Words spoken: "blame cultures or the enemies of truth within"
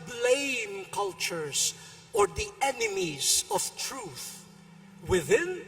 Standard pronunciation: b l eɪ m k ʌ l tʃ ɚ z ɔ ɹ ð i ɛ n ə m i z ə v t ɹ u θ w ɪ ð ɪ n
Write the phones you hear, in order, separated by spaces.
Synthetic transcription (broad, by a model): b l eɪ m k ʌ l tʃ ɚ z ɔ ɹ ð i ɛ n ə m i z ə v t ɹ u θ w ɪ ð ɪ n